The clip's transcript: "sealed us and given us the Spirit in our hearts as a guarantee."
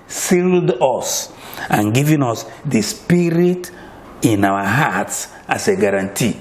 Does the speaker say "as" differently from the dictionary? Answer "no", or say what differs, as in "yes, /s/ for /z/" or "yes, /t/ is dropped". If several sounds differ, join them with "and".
yes, /s/ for /z/